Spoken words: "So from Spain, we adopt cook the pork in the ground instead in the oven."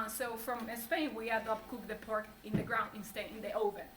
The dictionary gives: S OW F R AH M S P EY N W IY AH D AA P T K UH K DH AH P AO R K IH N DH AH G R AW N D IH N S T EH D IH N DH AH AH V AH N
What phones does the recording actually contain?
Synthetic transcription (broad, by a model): S OW F R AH M S P EY N W IY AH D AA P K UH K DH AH P AO R K IH N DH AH G R AW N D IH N S T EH IH N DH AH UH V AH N